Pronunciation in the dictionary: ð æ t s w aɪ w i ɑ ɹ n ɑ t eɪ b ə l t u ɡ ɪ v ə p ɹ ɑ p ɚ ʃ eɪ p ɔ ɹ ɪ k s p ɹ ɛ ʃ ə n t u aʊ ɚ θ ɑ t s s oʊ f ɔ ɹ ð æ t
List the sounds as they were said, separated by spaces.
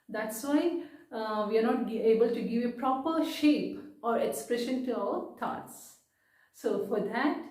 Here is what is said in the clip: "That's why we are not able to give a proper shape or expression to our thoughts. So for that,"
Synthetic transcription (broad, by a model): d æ t s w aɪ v i ɑ ɹ n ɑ t eɪ b ə l t u ɡ ɪ v ə p ɹ ɑ p ɚ ʃ eɪ p ɔ ɹ ɪ k s p ɹ ɛ ʃ ə n t u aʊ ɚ t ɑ t s s oʊ f ɔ ɹ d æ t